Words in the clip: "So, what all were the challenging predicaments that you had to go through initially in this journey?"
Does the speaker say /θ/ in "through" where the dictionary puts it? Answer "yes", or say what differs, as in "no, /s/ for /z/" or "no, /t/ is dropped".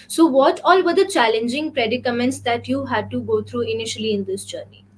no, /t/ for /θ/